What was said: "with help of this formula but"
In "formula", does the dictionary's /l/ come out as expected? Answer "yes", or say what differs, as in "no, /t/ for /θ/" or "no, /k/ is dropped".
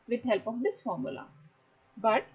yes